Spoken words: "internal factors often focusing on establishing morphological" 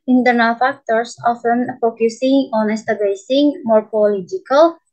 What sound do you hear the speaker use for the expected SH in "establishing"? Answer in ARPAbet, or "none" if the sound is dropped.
S